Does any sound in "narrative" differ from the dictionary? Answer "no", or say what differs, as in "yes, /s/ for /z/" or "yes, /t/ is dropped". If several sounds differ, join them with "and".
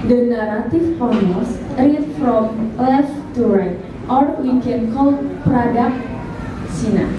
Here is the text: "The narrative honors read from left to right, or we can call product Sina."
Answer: yes, /p/ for /v/